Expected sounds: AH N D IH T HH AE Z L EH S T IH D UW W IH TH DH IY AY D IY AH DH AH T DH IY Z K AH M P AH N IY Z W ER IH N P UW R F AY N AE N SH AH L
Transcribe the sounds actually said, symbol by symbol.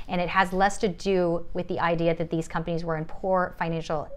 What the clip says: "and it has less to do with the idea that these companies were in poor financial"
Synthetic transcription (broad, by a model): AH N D IH T HH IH Z L EH S T IH D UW W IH DH IY AY D IY AH DH AH T DH IY Z K AH M P AH N IY Z W ER IH N P UW R F AY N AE N SH L